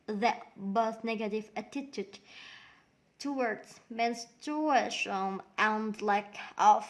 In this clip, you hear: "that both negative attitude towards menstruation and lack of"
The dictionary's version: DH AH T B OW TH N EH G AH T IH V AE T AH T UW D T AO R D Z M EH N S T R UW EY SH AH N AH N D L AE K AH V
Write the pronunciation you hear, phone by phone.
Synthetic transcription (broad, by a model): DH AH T B OW TH N EH G AH T IH V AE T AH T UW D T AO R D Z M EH N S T UW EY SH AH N AH N D L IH K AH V